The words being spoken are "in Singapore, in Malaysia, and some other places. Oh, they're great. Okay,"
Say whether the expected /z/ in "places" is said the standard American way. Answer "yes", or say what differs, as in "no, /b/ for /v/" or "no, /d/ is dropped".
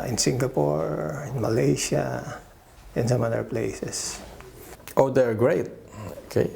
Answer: no, /s/ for /z/